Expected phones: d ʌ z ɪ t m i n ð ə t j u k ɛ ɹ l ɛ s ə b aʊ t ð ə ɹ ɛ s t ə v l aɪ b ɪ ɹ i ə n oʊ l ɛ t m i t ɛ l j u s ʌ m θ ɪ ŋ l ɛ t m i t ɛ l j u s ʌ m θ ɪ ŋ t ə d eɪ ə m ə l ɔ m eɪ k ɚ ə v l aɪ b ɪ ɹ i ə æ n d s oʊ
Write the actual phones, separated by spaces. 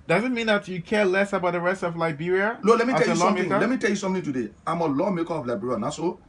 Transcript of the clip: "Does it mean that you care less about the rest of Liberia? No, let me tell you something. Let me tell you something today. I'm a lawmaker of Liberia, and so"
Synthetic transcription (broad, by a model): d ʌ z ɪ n m i n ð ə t j u k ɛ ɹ l ɛ s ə b aʊ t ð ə ɹ ɛ s t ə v l aɪ b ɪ ɹ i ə l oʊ l ɛ t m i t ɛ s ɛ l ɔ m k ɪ l ɛ t m i t ɛ l j u s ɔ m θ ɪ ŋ t ə d eɪ ə m ə l ɔ m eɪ k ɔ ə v l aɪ b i ɹ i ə n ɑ s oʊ